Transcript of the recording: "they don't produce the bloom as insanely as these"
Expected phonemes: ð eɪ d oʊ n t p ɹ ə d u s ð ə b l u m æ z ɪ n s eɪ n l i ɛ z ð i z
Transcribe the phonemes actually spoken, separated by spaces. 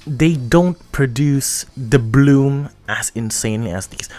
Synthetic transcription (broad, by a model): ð eɪ d oʊ n t p ɹ ə d u s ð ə b l u m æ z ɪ n s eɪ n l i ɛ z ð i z